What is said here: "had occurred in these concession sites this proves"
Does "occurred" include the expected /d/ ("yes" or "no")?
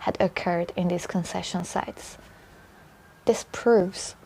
yes